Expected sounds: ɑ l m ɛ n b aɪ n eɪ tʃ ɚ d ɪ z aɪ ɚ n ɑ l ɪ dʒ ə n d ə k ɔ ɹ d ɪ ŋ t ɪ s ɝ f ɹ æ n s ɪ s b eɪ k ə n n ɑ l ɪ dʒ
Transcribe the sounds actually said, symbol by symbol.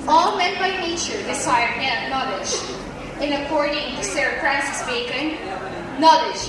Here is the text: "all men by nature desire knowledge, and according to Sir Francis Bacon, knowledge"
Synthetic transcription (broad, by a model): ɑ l m ɛ n b aɪ n eɪ tʃ ɚ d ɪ s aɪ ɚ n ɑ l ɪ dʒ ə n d ə k ɔ ɹ d ɪ ŋ t ɪ s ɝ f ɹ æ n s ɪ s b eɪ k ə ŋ n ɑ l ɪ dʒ